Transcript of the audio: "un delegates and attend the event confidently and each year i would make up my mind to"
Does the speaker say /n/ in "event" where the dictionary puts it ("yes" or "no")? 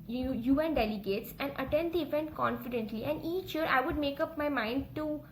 yes